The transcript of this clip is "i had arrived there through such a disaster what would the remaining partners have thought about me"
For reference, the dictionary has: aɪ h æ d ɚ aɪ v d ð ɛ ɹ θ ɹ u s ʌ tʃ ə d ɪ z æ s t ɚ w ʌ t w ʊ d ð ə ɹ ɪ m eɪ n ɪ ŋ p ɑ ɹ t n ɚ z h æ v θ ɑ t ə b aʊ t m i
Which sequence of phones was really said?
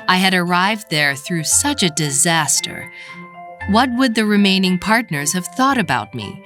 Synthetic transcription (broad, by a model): aɪ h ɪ d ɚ aɪ v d ð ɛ ɹ θ ɹ u s ʌ tʃ ə d ɪ z æ s t ɚ w ʌ t w ʊ d ð ə ɹ ɪ m eɪ n ɪ ŋ p ɑ ɹ t n ɚ z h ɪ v θ ɑ t ə b aʊ t m i